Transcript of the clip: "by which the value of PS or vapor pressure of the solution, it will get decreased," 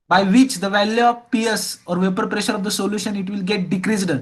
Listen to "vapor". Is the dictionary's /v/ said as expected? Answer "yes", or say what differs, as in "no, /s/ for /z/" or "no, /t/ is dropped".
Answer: yes